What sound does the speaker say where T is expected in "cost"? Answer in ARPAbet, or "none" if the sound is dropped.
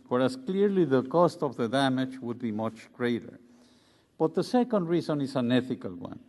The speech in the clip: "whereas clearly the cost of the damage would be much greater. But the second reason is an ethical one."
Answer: T